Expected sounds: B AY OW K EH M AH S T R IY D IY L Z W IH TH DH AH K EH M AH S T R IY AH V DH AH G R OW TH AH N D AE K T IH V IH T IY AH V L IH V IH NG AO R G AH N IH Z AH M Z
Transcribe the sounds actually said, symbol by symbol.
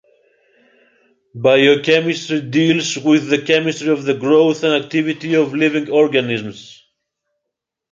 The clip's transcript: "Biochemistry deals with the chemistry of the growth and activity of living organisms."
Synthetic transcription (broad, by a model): B AY OW K EH M AH S T R IY D IY L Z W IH DH AH K EH M AH S T R IY AH V DH AH G R OW TH AH N D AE K T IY V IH T IY AH V L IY V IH NG AO R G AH N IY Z M S